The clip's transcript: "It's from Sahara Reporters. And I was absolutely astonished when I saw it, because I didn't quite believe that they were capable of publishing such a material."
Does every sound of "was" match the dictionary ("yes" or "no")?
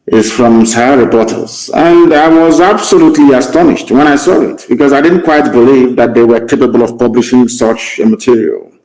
yes